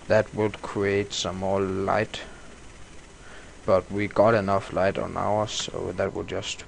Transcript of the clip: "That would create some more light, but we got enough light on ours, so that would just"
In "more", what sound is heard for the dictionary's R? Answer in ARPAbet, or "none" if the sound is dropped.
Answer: L